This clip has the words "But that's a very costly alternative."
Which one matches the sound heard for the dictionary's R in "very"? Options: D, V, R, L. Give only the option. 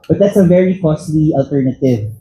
R